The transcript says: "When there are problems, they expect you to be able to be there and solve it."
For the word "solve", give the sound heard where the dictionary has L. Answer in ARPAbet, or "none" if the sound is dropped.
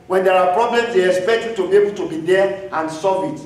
none